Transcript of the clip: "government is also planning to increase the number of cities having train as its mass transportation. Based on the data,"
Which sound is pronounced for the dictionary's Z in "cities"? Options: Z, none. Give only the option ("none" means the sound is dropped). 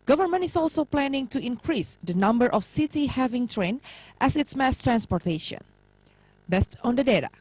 none